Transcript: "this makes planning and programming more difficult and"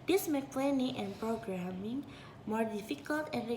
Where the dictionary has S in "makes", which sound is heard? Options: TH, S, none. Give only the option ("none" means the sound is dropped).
none